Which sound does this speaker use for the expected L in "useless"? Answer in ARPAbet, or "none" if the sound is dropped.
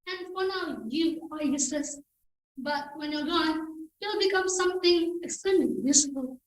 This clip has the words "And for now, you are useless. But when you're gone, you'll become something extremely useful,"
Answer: none